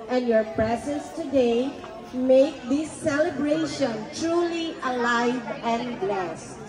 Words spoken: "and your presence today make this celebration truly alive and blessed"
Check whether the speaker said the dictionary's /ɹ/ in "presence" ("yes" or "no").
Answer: yes